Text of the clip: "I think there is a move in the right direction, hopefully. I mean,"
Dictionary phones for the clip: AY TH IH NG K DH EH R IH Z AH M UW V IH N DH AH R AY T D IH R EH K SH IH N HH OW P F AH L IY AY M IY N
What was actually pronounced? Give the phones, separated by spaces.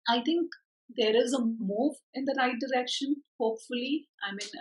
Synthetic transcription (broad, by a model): AY T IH NG K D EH R IH Z AH M UW V IH N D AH R AY T D IH R EH K SH IH N HH OW P F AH L IY AY M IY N